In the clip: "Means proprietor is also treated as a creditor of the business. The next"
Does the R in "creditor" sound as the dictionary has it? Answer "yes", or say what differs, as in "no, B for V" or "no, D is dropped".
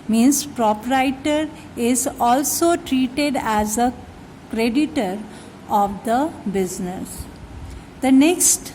yes